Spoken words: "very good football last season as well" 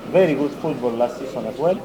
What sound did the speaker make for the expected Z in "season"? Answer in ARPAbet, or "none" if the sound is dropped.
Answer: S